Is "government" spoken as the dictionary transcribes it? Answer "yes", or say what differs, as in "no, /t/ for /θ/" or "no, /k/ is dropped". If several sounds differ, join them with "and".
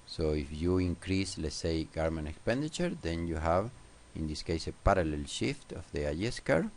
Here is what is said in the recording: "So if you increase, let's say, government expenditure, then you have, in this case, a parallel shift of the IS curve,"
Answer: no, /t/ is dropped